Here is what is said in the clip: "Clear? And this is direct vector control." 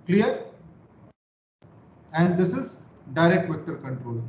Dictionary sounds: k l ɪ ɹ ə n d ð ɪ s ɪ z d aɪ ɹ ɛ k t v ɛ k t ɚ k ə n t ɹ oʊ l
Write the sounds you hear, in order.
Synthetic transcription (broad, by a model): k l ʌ ɹ ə n d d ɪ s ɪ z d aɪ ɹ ɛ k t v ɛ k t ɚ k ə n t ɹ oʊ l